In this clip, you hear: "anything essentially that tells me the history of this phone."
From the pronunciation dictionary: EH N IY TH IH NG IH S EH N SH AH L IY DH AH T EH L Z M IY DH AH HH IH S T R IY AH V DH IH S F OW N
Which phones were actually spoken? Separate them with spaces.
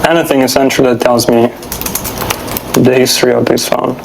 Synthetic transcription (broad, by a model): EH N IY TH IH NG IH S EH N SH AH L DH AH T EH L Z M IY DH AH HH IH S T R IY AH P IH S F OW N